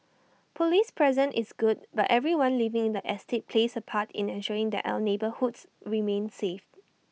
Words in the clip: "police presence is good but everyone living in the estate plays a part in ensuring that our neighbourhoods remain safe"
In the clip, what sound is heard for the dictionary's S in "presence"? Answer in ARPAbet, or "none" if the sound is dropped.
none